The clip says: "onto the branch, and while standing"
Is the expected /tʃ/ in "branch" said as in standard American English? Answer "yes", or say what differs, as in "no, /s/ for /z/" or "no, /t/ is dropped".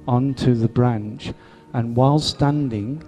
yes